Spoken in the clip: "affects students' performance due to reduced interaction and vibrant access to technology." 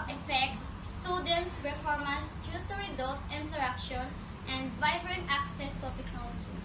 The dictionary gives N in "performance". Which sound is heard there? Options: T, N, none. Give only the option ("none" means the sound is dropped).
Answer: none